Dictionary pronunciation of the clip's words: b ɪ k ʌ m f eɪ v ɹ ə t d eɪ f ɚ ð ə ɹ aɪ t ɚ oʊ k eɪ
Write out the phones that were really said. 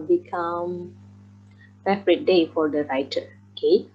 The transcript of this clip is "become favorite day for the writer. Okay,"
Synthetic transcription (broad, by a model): b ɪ k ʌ m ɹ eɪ p ɹ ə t d eɪ f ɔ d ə ɹ aɪ t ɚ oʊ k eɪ